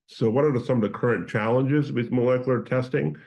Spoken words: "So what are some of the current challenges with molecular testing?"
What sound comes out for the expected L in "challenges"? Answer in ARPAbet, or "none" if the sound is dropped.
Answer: L